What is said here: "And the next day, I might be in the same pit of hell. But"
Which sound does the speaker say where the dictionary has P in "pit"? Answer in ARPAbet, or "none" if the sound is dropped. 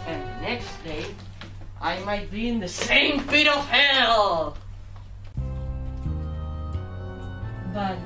F